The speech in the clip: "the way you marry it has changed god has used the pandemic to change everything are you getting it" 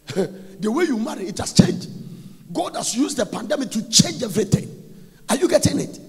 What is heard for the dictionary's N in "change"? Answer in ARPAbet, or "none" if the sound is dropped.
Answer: N